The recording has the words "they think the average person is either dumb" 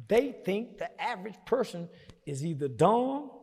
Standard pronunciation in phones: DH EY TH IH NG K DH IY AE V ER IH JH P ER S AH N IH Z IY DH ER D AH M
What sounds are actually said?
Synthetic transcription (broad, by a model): DH EY TH IH NG K DH IY AE V ER IH JH P ER S AH N IH Z IY DH ER D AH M